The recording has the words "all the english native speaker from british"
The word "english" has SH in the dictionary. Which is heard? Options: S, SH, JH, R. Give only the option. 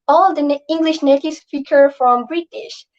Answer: SH